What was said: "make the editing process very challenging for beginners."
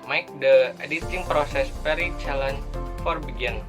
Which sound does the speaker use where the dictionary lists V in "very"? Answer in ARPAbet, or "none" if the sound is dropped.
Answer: P